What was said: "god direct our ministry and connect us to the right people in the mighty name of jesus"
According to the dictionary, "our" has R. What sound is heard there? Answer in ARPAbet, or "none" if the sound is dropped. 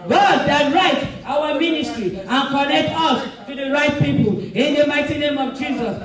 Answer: W